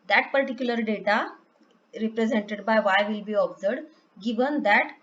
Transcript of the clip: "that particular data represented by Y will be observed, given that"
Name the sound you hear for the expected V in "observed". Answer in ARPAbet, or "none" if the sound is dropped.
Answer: none